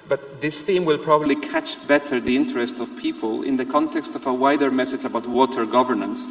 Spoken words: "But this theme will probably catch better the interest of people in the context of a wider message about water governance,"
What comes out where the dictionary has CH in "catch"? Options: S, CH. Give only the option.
CH